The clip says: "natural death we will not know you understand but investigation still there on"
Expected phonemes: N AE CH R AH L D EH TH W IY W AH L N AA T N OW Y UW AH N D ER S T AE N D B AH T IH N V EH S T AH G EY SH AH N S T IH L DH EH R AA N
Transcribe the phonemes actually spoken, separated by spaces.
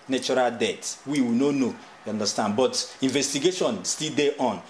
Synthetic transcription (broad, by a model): N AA CH R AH L D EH T W IY W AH N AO N OW Y UW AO N D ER S T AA N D B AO T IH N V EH S T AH G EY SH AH N S T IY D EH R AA N